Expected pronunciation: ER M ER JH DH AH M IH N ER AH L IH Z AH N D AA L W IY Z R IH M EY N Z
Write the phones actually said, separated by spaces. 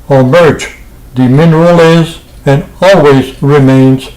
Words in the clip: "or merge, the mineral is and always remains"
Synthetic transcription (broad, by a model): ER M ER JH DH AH M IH N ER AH L IH Z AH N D AA L W IY Z R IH M EY N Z